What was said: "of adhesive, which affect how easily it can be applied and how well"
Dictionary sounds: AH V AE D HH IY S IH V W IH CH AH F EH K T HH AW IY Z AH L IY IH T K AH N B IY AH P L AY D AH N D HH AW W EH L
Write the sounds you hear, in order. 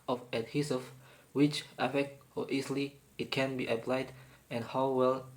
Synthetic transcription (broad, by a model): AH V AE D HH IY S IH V W IH CH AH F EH K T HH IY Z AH L IY IH T K AH N B IY AH P L AY D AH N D HH AW W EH L